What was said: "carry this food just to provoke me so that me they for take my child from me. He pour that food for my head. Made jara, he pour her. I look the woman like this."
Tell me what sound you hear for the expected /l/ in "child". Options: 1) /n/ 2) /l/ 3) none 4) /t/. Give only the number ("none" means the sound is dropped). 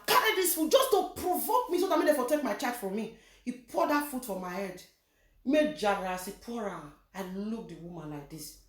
3